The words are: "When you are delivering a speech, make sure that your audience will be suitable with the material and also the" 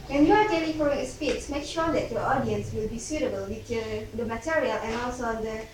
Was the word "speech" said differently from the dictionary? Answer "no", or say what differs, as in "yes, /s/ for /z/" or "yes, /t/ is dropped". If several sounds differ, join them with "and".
yes, /s/ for /tʃ/